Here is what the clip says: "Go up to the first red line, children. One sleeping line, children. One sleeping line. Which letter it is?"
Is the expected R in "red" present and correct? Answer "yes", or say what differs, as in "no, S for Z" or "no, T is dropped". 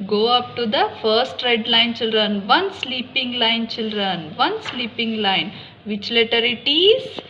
yes